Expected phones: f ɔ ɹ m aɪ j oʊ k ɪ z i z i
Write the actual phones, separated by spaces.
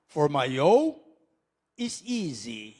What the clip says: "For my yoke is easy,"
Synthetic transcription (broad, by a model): f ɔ ɹ m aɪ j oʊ ɪ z i z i